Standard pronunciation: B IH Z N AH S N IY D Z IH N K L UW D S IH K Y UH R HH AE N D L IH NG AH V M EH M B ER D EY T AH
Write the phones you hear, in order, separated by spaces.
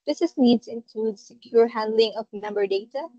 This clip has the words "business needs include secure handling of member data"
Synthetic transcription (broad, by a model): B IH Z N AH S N IY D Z IH N K L UW D S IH K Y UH R HH AE N D L IH NG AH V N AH M B ER D EY T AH